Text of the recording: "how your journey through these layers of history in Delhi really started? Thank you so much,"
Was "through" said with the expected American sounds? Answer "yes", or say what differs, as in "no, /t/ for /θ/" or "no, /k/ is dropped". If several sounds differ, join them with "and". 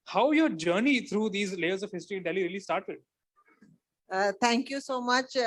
no, /t/ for /θ/